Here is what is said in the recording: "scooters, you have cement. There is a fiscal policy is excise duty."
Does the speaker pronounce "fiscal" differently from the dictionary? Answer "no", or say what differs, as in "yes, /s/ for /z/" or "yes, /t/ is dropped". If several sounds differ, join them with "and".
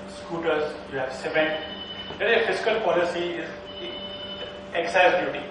yes, /s/ is dropped